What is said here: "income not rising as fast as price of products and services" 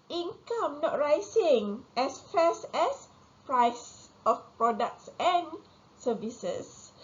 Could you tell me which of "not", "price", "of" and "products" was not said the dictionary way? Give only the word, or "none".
of